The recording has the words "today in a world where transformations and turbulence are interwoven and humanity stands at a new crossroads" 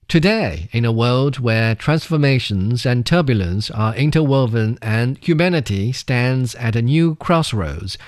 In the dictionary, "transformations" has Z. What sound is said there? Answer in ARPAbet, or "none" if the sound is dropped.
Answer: Z